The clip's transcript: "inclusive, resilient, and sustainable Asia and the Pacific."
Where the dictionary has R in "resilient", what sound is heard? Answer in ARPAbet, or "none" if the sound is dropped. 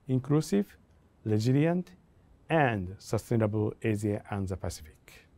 L